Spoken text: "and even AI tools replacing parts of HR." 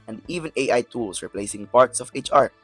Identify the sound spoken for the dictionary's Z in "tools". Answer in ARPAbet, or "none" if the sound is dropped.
S